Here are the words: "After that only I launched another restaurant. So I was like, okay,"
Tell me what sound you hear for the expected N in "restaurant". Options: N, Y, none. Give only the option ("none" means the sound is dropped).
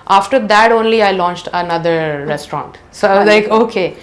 N